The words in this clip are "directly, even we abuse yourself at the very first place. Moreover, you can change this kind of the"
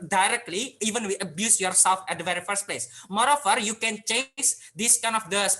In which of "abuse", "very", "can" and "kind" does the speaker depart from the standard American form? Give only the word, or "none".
kind